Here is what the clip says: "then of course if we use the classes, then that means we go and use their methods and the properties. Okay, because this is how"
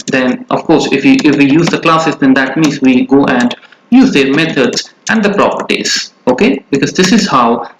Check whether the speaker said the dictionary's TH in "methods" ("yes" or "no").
no